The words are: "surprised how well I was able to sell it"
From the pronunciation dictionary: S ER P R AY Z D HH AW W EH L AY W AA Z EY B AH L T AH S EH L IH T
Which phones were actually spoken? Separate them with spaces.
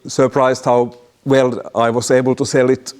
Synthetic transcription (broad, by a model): S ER P R AY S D HH AW W EH L AY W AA S EY B AH L T AH S EH L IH T